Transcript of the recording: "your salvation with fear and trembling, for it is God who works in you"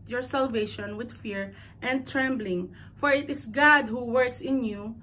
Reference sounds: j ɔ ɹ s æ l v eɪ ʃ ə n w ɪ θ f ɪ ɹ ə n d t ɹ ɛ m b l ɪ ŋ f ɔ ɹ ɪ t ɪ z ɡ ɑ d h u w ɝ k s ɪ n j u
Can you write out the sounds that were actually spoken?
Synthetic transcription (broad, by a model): j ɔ ɹ s æ l v eɪ ʃ ə n w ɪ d f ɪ ɹ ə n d t ɹ ɛ m b l ɪ ŋ f ɔ ɹ ɪ t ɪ s ɡ ɑ d h u w ɝ k s ɪ n j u